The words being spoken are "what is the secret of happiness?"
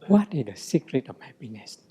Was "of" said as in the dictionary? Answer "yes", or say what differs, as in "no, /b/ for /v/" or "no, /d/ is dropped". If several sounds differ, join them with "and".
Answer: no, /f/ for /v/